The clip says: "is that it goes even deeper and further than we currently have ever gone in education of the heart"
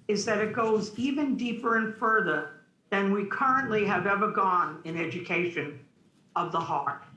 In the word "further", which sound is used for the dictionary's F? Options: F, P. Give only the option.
F